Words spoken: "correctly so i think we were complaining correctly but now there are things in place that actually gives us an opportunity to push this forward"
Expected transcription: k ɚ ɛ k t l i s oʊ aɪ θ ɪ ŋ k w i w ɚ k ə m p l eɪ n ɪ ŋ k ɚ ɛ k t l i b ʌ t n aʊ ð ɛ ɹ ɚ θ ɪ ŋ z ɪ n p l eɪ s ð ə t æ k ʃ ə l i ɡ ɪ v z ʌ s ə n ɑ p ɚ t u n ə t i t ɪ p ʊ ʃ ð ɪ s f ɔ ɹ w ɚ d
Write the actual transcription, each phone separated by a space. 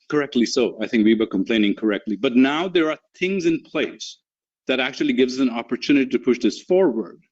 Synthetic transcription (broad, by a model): k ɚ ɛ k t l i s oʊ aɪ θ ɪ ŋ k w i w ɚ k ə m p l eɪ n ɪ ŋ k ɚ ɛ k t l i b ʌ t n aʊ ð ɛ ɹ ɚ θ ɪ ŋ z ɪ n p l eɪ s ð ə t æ k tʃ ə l i ɡ ɪ v z ʌ s ə n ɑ p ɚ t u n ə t i t ɪ p ʊ ʃ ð ɪ s f ɔ ɹ w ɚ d